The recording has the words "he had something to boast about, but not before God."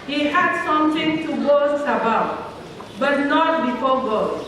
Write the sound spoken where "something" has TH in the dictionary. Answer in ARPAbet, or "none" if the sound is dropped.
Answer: T